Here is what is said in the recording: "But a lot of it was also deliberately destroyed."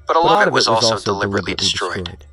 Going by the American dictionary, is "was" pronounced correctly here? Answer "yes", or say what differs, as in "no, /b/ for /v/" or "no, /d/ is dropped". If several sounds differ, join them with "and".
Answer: yes